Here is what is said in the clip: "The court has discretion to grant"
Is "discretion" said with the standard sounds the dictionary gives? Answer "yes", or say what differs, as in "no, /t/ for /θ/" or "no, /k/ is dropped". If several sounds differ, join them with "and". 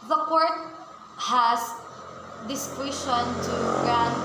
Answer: no, /w/ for /ɹ/